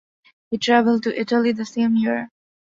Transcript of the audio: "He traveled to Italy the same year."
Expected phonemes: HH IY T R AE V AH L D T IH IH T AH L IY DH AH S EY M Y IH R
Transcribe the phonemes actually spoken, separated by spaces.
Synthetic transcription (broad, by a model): HH IY T R AE V AH L D T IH IH T AH L IY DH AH S EY M Y IH R